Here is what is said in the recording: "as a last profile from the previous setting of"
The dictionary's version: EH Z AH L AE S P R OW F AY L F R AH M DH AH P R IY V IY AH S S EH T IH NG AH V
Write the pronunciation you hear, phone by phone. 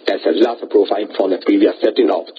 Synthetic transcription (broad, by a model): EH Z AH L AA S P R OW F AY N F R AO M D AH P R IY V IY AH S S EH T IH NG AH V